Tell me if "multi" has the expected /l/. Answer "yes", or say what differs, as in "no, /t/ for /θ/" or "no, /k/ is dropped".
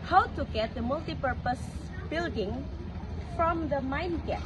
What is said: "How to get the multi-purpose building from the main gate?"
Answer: yes